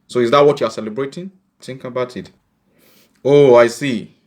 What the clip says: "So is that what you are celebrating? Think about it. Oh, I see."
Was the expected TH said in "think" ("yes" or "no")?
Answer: no